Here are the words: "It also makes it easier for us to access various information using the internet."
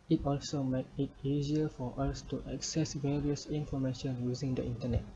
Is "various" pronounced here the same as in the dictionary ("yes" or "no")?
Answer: yes